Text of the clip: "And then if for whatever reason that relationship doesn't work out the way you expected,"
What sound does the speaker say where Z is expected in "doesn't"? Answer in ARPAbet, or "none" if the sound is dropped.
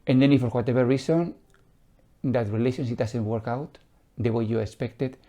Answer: S